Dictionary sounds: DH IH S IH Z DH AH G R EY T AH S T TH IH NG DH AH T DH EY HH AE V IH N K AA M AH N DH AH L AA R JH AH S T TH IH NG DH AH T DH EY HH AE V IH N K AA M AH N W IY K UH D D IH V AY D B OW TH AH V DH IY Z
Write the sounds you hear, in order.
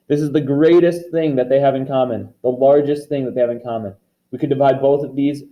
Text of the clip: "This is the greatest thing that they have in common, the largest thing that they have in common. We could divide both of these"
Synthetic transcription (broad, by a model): DH IH S IH Z DH AH G R EY T AH S T TH IH NG DH AH T DH EY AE V IH N K AA M AH N DH AH L AA R JH AH S T TH IH NG DH AH T DH EY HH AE V IH N K AA M AH N W IY K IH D D IH V AY D B OW TH AH V DH IY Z